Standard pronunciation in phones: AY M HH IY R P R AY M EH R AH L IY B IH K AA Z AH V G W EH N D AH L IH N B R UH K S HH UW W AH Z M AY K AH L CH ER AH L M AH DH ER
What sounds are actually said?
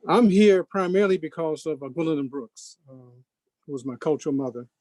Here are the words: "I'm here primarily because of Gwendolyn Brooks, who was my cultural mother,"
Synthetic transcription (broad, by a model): AY M HH IY R P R AY M EH R L IY B IH K AA Z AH V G W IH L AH N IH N B R UH K S HH UW W AH Z M AY K AH L CH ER L M AH DH ER